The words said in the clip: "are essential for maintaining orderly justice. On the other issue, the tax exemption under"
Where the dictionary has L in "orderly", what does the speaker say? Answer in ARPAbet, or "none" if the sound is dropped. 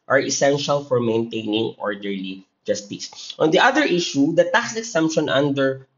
L